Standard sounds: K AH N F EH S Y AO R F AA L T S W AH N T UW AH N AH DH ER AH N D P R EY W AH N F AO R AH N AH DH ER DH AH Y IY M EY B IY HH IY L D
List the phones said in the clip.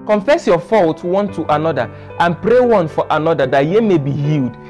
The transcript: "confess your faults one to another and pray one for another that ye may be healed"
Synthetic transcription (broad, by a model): K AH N F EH S Y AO F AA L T W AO N T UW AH N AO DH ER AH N P R EY W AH N F AO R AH N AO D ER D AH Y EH M EY B IY HH IY L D